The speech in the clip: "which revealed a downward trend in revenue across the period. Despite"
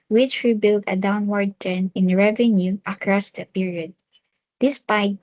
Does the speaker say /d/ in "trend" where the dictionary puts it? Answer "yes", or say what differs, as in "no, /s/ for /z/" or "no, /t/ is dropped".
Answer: no, /d/ is dropped